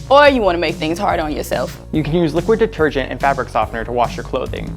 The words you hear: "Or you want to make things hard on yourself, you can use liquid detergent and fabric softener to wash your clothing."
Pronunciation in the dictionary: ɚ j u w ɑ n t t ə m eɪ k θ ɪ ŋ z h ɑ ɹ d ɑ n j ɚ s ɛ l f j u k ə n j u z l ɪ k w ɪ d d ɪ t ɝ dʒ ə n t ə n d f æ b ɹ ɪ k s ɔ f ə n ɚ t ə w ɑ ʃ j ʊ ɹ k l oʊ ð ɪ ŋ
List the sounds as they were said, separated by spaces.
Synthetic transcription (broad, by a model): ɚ j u w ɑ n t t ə m eɪ k θ ɪ ŋ z h ɑ ɹ d n j ɚ s ɛ l f j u k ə n j u z l ɪ k w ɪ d d ɪ t ɝ dʒ ə n t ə n f æ b ɹ ɪ k s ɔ f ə n ɚ t ə w ɑ ʃ j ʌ ɹ k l oʊ ð ɪ ŋ